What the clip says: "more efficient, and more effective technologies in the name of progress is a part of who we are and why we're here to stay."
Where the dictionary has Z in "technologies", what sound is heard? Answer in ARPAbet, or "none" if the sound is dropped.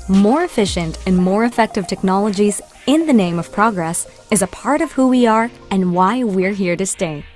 Z